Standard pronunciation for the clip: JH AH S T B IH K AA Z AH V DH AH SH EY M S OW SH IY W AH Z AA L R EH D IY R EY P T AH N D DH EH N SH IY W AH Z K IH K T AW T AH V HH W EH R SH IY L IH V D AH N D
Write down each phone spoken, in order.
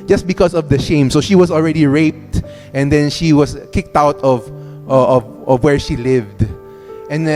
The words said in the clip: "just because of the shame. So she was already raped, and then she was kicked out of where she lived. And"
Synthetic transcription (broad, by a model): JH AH S T B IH K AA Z AH V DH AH SH EY M S OW SH IY W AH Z AA L R EH D IY R EY P T AH N D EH N SH IY W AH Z K IH K T AW T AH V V W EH R SH IY L IH V D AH N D